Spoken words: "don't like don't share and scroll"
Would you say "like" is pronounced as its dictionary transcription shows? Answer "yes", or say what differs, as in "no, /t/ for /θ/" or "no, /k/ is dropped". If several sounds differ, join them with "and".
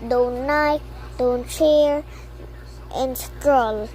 no, /n/ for /l/